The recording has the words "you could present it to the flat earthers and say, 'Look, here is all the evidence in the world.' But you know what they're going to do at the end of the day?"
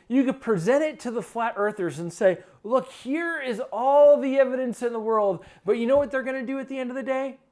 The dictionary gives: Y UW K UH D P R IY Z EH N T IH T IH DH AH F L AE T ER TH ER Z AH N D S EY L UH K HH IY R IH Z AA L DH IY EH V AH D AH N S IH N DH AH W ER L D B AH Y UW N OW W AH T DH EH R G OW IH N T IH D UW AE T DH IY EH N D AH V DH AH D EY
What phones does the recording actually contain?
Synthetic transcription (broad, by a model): Y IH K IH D P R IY Z EH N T IH T IH DH AH F L AE T ER TH ER Z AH N S EY L UH K HH IY R IH Z AA L DH IY EH V AH D AH N S IH N DH AH W ER L D B AH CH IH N OW W AH T DH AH R G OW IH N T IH D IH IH T DH IY EH N D AH V DH AH D EY